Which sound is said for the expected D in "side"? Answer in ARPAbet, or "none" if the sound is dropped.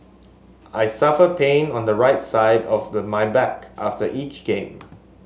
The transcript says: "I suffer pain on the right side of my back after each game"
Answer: D